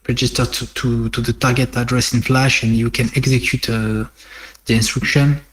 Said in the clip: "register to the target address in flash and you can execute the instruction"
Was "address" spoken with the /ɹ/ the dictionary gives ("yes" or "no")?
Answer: yes